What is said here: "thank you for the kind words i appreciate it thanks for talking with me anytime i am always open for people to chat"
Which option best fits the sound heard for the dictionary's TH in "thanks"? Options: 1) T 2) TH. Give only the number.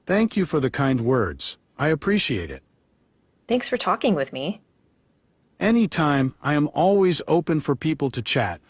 2